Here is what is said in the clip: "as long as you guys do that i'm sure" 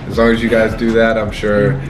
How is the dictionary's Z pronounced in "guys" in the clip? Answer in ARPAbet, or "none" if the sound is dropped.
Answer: Z